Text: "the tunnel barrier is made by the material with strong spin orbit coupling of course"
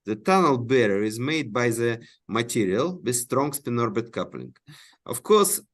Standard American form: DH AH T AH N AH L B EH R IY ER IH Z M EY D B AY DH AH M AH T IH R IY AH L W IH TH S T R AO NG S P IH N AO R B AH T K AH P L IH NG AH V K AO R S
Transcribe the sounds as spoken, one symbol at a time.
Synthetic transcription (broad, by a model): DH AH T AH N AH L B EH R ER IH Z M EY D B AY DH AH M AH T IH R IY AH L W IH S T R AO NG S P IH N AO R B AH T K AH P L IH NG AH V K AO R S